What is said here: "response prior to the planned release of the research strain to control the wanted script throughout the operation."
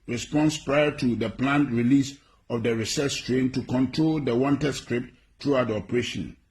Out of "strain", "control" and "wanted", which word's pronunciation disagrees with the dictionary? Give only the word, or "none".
none